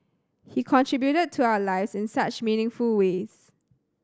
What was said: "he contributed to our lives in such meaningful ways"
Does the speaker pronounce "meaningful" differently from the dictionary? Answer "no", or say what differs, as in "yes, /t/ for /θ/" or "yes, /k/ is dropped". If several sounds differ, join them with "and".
no